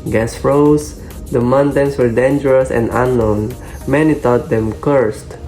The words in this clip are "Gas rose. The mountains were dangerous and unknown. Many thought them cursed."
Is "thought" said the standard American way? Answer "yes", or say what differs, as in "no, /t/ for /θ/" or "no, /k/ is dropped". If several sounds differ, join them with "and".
no, /t/ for /θ/